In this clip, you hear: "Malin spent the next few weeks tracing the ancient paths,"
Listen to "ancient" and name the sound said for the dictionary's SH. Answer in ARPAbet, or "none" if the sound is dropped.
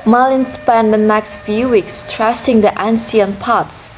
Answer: S